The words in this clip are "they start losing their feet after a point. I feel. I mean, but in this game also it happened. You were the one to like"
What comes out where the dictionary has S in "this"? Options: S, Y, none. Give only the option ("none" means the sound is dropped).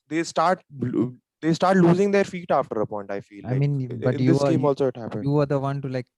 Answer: none